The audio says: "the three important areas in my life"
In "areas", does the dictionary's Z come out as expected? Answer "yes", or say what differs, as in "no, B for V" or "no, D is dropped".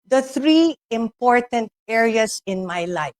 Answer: no, S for Z